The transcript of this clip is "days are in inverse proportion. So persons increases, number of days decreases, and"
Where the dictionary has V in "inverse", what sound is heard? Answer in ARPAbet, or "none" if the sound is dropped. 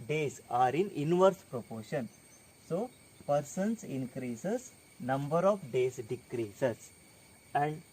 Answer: V